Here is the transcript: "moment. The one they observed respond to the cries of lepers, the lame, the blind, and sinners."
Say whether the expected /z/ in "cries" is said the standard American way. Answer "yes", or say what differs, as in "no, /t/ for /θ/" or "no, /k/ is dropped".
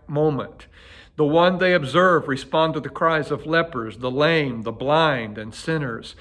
yes